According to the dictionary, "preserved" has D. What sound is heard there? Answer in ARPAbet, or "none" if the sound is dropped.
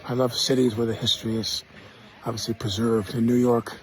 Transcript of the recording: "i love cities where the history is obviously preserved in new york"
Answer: D